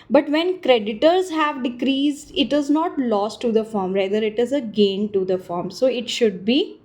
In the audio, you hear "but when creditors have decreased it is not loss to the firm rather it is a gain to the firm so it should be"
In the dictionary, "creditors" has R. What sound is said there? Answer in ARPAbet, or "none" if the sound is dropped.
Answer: R